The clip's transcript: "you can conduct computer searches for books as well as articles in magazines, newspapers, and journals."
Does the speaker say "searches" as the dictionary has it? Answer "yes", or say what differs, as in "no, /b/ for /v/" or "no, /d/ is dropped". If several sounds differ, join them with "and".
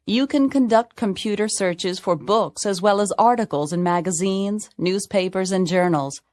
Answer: yes